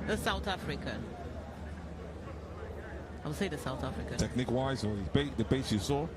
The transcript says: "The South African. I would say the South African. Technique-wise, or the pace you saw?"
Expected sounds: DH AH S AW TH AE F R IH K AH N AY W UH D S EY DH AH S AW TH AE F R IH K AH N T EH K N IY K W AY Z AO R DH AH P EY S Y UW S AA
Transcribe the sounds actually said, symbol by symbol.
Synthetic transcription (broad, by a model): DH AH S AW TH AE F R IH K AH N AY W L S EY DH AH S AW TH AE F R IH K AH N T EH K N IY K W AY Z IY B DH AH B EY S Y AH S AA